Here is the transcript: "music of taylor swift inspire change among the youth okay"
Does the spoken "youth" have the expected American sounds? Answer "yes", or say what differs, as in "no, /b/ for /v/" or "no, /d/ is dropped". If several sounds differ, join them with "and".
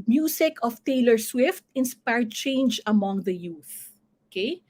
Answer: yes